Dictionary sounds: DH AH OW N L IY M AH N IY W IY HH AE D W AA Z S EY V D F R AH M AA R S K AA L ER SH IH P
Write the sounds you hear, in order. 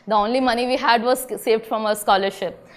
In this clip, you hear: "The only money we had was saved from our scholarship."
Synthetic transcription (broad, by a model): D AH OW N L IY M AH N IY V IY HH AE D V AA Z S EY V D F R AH M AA S K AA L ER SH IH P